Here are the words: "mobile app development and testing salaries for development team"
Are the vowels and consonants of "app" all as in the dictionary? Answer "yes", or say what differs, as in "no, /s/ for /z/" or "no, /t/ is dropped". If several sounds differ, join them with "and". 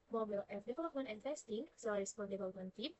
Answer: no, /f/ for /p/